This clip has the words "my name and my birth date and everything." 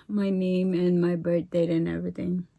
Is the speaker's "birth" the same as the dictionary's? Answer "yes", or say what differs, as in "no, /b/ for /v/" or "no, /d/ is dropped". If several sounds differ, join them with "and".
no, /t/ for /θ/